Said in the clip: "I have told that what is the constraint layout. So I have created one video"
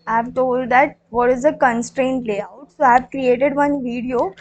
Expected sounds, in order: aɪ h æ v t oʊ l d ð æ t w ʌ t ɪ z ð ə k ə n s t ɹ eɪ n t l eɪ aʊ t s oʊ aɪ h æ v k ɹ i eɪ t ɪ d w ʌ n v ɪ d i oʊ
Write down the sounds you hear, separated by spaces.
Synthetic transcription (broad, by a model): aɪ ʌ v t oʊ l d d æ t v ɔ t ɪ z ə k ə n s t ɹ eɪ n t l eɪ aʊ t s oʊ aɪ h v k ɹ i eɪ t ɪ d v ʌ n v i d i oʊ